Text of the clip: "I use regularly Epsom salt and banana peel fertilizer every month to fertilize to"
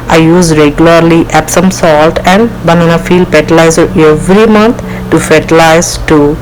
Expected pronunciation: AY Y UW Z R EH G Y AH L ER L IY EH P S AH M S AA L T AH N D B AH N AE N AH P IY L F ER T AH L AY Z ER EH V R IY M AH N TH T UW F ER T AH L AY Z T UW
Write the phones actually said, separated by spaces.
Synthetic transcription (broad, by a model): AY Y UW Z R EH G Y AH L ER L IY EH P S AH M S AA L T AH N D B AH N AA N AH F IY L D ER T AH L AY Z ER EH V R IY M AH N T T UW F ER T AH L AY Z T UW